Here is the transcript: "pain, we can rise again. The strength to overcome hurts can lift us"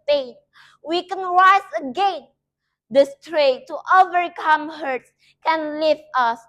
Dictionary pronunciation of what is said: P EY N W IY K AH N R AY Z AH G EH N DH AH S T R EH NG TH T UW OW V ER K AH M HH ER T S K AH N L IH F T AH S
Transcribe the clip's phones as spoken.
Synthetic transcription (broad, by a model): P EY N W IY K AH N R AY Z AH G EH N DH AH S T R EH T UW OW V ER K AH M HH ER T S K AH N L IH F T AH S